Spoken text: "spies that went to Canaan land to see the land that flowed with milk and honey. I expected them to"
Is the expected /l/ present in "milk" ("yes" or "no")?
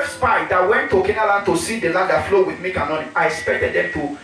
no